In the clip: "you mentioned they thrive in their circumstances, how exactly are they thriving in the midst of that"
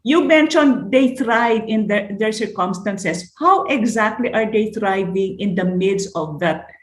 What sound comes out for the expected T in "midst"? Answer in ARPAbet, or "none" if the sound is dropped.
none